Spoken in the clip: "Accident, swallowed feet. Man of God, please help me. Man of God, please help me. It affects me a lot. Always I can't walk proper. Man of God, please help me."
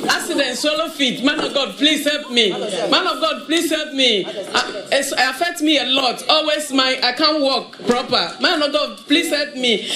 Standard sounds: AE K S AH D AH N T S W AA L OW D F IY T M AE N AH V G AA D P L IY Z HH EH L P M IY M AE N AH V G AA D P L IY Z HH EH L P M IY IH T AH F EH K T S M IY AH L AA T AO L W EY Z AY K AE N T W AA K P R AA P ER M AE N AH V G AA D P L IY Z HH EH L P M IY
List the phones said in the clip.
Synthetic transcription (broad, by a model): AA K S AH D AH N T S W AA L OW F IY T M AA N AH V G AA D P L IY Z HH EH L P M IY M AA N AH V G AA D P L IY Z HH EH L P M IY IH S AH F EH K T M IY AH L AA T AO L W EY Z AY K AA N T W AA K P R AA P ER M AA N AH G AA D P L IY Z HH EH L P M IY